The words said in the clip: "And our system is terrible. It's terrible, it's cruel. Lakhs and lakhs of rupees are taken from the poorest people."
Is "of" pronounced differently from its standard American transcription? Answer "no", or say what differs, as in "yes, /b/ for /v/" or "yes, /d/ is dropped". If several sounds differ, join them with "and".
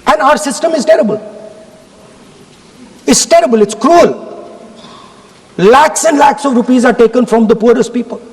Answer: no